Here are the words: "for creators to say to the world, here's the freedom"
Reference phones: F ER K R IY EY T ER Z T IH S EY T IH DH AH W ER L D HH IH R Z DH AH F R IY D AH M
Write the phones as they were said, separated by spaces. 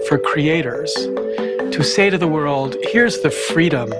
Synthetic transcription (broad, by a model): F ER K R IY EY T ER Z T IH S EY T IH DH AH W ER L D HH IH R Z DH AH F R IY D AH M